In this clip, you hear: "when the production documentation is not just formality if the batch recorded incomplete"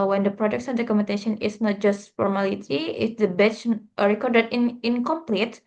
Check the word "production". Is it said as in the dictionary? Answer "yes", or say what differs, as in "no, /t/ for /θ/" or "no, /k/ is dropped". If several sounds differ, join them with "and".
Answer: no, /s/ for /ʃ/